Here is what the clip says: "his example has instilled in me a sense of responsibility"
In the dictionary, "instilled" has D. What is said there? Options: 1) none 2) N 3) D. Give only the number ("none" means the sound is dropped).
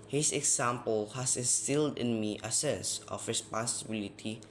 3